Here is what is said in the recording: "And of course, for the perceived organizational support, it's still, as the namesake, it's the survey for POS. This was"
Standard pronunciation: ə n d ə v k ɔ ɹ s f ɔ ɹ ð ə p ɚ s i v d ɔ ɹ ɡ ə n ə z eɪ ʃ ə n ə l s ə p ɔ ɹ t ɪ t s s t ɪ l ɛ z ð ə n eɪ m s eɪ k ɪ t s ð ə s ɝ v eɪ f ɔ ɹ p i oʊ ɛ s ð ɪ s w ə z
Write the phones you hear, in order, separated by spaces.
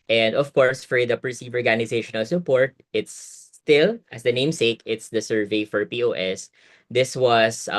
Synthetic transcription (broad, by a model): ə n d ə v k ɔ ɹ s f ɔ ɹ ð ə p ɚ s i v ɔ ɹ ɡ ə n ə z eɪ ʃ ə n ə l s ə p ɔ ɹ t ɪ t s s t ɪ l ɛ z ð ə n eɪ m s eɪ k ɪ t s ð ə s ɝ v eɪ f ɔ ɹ p i oʊ ɛ s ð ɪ s w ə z